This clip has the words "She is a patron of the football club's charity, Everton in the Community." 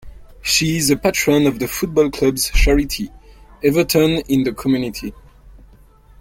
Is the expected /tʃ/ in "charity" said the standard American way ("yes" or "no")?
no